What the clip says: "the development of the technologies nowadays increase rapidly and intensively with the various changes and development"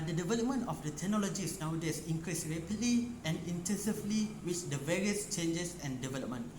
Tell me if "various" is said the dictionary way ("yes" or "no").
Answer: yes